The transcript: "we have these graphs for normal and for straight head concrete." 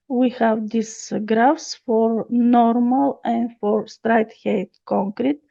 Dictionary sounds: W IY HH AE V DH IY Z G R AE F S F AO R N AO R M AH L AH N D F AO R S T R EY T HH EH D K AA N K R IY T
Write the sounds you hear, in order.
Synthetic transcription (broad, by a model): W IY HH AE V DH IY S G R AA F S F AO R N AO R M AH L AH N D F AO R S T R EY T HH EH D K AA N K R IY T